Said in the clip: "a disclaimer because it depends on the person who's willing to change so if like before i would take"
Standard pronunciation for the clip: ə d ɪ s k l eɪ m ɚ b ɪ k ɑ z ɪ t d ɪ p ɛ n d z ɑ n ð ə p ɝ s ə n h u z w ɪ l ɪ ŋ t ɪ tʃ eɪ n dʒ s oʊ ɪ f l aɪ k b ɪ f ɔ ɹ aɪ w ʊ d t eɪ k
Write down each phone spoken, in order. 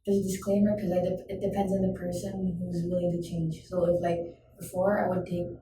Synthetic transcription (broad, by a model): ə d ɪ s k l eɪ m ɚ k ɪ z ɑ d ɪ t d ɪ p ɛ n d z n ð ə p ɝ s ə n h u z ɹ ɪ l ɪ t ɪ tʃ eɪ n dʒ s oʊ ɪ f l aɪ k b ɪ f ɔ ɹ aɪ w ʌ d t eɪ k